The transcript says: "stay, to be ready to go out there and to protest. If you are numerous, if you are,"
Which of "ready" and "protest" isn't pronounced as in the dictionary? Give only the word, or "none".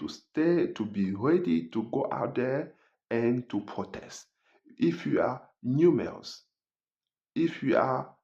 none